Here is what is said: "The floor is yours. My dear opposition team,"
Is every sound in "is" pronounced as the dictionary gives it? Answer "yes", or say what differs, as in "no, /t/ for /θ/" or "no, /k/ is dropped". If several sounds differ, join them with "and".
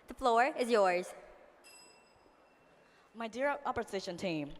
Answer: yes